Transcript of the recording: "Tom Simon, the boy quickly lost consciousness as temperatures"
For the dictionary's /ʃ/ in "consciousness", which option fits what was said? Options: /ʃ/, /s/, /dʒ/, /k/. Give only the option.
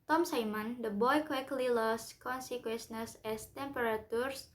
/s/